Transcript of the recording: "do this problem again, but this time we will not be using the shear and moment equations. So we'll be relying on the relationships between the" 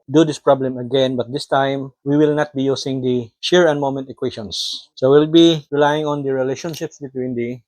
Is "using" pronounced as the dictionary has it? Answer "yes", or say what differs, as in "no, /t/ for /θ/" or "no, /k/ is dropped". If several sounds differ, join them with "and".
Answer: no, /s/ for /z/